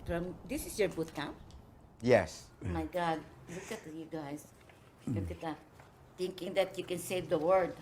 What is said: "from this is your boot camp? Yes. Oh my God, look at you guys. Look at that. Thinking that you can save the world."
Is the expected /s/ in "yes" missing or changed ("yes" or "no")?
no